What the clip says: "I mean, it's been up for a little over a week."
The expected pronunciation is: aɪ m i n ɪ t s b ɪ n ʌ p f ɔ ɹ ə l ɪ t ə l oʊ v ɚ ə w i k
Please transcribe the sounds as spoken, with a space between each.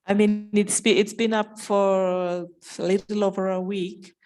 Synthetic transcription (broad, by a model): aɪ m i n ɪ t s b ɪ n ʌ p f ɔ ɹ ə l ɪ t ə l oʊ v ɚ ə w i k